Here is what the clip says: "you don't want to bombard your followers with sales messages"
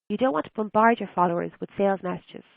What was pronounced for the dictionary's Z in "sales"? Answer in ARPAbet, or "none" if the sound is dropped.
Z